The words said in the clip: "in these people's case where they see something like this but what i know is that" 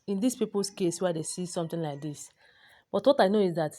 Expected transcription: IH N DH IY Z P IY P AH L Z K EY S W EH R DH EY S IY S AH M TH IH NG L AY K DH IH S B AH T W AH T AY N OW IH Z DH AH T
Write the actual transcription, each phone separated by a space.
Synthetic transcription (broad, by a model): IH N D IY S P IY P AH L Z K EY S W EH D EY S IY S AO M T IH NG L AY K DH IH S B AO T W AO T AY N OW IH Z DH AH T